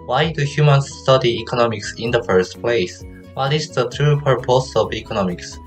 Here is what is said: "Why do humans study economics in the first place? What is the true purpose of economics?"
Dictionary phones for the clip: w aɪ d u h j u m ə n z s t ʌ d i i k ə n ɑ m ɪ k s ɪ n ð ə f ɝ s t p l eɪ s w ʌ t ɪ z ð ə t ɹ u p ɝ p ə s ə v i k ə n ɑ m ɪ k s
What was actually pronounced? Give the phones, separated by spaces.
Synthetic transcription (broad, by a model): w aɪ d u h j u m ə n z s t ʌ d i i k ə n ɑ m ɪ k s ɪ n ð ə f ɝ s t p l eɪ s w ʌ t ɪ s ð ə t ɹ u p ɝ p ə s ə v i k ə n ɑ m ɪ k s